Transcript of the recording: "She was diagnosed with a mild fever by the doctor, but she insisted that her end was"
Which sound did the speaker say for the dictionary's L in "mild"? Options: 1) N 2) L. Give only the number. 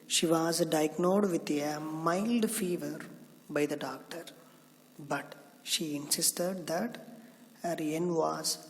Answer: 2